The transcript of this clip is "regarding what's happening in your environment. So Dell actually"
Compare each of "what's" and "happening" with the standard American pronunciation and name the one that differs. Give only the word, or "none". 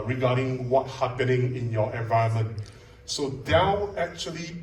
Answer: what's